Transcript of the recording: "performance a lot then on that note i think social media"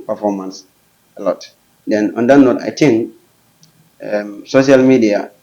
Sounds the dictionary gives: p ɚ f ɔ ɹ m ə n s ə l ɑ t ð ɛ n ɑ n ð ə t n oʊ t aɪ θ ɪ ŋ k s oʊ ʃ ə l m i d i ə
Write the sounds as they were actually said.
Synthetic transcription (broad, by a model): p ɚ f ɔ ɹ m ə n s ə l ɑ t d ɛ n ɑ n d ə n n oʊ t aɪ t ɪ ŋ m s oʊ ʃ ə l m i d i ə